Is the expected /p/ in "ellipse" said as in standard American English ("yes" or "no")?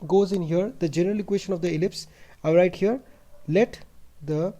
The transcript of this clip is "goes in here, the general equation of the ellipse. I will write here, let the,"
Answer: yes